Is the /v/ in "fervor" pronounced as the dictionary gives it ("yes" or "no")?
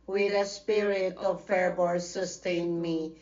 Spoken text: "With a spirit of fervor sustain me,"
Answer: no